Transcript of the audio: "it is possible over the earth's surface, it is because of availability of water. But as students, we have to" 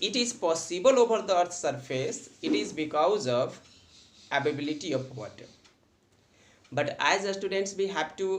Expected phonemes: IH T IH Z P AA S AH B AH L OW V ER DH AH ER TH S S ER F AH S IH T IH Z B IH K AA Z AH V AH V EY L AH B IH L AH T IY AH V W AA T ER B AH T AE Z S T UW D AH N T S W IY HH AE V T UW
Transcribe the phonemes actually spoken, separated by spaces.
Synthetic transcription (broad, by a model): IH T IH Z P AA S AH B AH L OW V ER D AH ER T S S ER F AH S IH T IH Z B IH K AA Z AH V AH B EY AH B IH L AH T IY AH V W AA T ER B AH T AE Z S T UW D AH N T S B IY HH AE P T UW